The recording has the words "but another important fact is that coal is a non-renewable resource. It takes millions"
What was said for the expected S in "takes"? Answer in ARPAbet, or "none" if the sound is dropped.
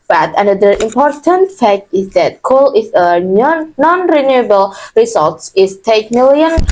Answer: none